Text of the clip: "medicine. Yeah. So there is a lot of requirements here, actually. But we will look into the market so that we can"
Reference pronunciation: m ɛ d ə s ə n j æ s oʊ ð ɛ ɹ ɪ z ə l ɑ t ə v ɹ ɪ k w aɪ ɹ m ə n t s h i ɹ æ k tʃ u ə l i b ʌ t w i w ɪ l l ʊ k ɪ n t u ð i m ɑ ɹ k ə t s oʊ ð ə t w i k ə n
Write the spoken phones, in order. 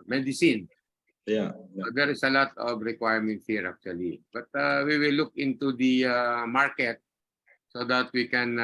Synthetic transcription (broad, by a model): m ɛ d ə s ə n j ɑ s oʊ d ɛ ɹ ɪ s ə l ɑ t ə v ɹ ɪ k w aɪ ɹ m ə n t h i ɹ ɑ k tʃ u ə l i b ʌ t w i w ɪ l l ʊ k ɪ n t u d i m ɑ ɹ k ə t s oʊ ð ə t w i k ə n